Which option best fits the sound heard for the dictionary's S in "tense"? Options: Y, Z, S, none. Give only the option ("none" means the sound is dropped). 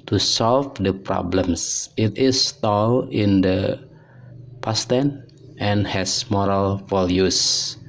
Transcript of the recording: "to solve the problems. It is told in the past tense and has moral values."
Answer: none